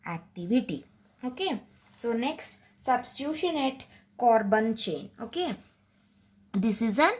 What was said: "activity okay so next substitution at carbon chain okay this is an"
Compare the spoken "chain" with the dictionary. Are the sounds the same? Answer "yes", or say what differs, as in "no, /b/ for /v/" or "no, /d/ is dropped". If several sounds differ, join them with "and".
yes